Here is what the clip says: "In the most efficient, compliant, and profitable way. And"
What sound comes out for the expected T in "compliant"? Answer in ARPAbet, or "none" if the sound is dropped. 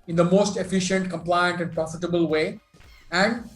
T